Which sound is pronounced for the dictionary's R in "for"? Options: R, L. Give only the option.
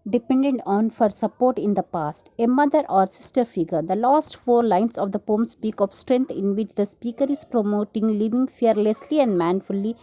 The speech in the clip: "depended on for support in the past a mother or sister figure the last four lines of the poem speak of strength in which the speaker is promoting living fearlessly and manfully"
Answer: R